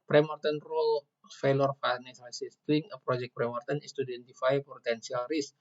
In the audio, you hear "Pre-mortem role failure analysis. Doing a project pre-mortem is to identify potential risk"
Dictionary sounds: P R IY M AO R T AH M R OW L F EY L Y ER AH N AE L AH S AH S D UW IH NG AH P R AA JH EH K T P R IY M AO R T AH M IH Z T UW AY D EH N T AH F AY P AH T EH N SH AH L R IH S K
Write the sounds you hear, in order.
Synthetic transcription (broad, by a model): P R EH M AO R T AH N R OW L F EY L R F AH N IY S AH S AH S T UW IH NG AH P R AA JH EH K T P R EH M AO R T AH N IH S T UW D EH N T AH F AY P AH T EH N S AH L R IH S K